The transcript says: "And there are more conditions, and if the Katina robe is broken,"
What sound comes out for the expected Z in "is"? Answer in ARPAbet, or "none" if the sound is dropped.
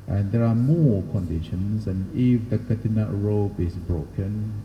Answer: S